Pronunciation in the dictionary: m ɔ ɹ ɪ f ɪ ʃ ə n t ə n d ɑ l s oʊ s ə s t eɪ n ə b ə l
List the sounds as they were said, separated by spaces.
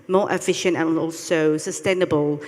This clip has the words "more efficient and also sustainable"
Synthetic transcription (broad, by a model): m ɔ ɹ ɪ f ɪ ʃ ə n t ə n ɑ l s oʊ s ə s t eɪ n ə b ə l